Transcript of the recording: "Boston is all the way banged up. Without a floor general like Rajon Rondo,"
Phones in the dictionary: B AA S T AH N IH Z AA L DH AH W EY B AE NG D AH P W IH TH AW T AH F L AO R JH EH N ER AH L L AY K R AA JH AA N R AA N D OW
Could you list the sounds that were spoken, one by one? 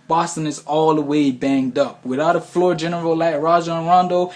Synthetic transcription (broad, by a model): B AA S T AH N IH Z AA L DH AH W EY B AE NG D AH P W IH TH AW T AH F L AO R JH EH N ER L L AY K R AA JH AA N R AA N D OW